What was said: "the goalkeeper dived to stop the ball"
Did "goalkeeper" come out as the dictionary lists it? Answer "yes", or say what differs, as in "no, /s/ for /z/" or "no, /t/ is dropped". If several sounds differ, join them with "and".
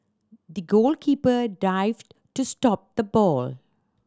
yes